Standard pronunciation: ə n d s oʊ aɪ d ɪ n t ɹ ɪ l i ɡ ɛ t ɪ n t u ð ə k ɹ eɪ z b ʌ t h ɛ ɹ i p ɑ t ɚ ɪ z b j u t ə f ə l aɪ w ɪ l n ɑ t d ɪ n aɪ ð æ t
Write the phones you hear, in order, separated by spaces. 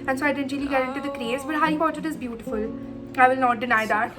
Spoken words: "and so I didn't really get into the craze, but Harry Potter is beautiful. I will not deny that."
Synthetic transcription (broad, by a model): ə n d s oʊ aɪ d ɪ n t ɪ l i ɡ ɛ t ɪ n t u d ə k ɹ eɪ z b ʌ t h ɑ i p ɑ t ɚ ɪ z b j u t ə f ə l aɪ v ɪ l n ɑ t d ɪ n aɪ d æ t